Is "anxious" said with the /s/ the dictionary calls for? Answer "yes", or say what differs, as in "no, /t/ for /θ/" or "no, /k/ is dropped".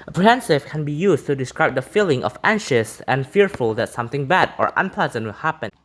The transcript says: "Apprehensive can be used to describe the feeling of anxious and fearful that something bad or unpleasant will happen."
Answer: yes